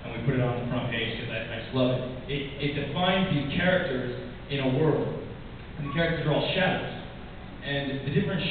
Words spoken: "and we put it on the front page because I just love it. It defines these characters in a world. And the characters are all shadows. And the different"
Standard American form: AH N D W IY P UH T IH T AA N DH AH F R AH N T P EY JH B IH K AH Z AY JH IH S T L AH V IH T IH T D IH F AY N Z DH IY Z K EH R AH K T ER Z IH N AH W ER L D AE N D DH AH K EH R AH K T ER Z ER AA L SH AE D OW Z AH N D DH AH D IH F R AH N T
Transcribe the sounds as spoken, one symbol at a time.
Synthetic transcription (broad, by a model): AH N W IY P UH T IH T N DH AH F R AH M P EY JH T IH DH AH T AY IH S L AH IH IH T IH T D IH F AY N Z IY K EH R AH K T ER Z IH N AH W ER L D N DH AH K EH R AH K T ER Z ER AA L SH AE D OW Z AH N DH AH D IH F R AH N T